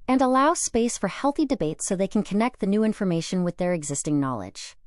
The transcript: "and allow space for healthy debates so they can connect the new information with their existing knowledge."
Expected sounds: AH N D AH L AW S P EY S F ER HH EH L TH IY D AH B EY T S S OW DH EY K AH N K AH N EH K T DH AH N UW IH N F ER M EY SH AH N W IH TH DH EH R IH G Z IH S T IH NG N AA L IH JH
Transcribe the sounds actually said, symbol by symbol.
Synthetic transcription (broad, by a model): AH N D AH L AW S P EY S F ER HH EH L TH IY D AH B EY T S S OW DH EY K N K AH N EH K T DH AH N UW IH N F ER M EY SH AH N W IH DH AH R IH G Z IH S T IH NG N AA L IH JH